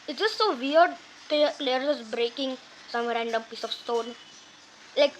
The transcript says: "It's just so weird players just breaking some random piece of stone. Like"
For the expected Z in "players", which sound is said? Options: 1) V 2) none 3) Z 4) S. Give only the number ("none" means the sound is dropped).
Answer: 2